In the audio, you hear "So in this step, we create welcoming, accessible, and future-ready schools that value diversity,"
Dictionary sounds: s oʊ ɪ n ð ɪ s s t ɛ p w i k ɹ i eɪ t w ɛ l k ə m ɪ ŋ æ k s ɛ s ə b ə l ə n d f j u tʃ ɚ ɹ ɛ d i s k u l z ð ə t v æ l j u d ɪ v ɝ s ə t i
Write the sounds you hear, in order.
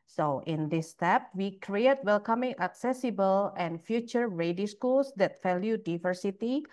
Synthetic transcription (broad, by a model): s oʊ ɪ n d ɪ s s t ɛ p w i k ɹ i eɪ t w ɛ l k ə m ɪ ŋ æ k s ɛ s ə b ə l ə n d f j u tʃ ɚ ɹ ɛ d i s k u l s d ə t f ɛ l j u d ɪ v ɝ s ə t i